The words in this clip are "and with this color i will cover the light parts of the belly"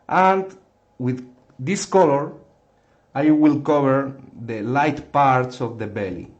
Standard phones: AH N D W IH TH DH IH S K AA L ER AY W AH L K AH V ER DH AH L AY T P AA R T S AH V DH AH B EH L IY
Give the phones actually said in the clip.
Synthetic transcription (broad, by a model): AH N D W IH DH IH S K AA L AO AY W AH L K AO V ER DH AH L AY T P AA R T S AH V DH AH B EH L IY